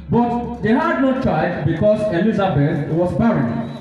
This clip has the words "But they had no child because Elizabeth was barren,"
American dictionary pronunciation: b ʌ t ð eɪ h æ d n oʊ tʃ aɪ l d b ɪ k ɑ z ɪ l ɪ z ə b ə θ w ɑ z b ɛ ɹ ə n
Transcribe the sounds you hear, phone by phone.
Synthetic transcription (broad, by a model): b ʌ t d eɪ h æ d n oʊ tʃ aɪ d b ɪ k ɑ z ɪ l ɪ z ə b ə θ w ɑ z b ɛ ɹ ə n